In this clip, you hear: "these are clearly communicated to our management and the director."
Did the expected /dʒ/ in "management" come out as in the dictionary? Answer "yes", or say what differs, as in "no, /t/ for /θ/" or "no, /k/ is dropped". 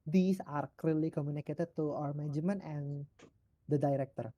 no, /dʒ/ is dropped